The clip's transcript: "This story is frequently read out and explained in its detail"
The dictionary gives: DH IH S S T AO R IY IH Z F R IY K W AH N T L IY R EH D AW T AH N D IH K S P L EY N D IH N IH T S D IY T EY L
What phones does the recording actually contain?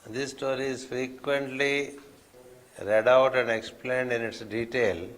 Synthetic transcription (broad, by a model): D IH S S T AO R IY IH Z F R IY K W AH N T L IY R EH D AW T AH N D IH K S P L EY N D IH N IH T S D IY T EY L